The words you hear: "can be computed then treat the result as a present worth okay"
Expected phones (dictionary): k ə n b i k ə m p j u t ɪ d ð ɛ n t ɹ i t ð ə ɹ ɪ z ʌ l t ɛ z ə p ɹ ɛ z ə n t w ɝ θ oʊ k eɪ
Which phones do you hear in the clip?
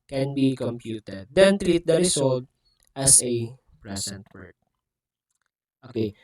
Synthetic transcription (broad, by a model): k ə n b i k ə m p j u t ɪ d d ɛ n t ɹ i t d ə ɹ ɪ s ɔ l t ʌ s ə p ɹ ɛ s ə n t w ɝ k oʊ k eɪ